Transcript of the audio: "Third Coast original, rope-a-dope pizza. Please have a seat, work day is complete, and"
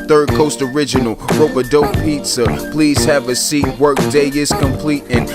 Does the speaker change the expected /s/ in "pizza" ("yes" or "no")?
no